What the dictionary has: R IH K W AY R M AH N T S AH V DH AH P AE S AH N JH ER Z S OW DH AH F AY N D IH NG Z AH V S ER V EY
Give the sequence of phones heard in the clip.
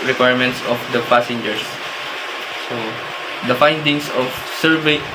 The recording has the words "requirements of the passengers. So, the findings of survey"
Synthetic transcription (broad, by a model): R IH K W AY R M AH N T S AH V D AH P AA S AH N JH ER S S OW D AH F AY N D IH NG S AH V S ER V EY